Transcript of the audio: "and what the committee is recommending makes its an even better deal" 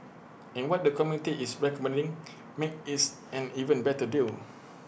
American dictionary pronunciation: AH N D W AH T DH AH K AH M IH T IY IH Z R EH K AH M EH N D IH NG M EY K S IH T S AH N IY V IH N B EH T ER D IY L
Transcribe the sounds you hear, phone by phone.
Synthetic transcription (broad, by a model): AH N W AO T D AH K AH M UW T IY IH S R EH K AH M EH N D IH NG M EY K IH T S AH N IY V IH N B EH T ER D IY L